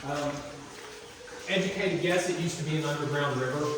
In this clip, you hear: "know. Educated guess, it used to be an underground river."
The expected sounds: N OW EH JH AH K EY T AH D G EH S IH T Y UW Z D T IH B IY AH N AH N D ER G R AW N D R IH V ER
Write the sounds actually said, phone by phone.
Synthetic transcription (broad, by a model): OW EH JH AH K EY T AH D G EH S IH T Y UW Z T IH B IY AH N AH N D ER G R AW N D R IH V ER